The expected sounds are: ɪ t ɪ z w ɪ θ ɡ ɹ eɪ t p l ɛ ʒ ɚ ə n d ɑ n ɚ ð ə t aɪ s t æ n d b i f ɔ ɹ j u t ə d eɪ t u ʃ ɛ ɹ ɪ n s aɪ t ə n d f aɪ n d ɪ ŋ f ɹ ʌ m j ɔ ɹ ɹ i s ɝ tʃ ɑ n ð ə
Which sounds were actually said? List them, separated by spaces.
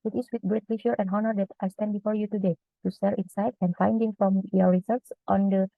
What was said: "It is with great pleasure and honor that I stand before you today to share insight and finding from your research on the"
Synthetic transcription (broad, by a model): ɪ t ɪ s w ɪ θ ɡ ɹ eɪ t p l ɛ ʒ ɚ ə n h ɑ n ɚ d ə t aɪ s t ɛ n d b i f ɔ ɹ j u t ə d eɪ t u s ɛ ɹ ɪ n s aɪ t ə n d f aɪ n d ɪ ŋ f ɹ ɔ m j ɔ ɹ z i s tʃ ɑ n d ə